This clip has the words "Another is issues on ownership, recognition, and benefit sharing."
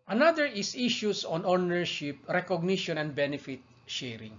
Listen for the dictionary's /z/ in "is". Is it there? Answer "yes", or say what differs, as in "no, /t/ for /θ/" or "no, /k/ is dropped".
no, /s/ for /z/